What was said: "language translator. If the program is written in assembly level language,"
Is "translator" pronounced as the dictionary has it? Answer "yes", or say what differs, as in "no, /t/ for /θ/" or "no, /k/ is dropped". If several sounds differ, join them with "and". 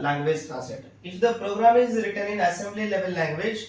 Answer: no, /n/ is dropped and /l/ is dropped